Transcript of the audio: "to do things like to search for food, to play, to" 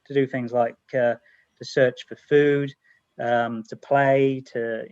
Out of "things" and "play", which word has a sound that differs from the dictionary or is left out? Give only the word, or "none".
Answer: none